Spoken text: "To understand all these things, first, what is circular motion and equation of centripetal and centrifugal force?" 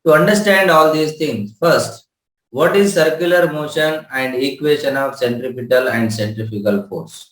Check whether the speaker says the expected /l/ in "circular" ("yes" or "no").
yes